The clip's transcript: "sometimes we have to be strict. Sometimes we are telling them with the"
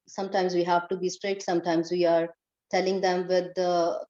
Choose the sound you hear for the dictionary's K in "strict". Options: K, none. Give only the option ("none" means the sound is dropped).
none